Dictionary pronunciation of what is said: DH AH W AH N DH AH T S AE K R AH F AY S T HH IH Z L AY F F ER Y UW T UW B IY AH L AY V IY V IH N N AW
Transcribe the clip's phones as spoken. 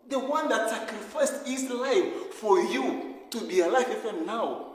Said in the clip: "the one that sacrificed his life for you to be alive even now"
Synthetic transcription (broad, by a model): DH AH W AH N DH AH T S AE K R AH F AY S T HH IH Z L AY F F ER Y UW T UW B IY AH L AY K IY F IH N N AW